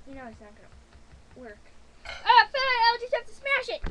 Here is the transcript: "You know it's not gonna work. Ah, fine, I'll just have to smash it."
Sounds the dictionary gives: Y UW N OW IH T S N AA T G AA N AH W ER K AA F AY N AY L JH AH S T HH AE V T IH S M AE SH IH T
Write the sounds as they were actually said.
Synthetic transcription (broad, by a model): Y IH N OW IH T S N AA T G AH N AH W ER K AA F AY EH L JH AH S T HH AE F T IH S M AE SH IH T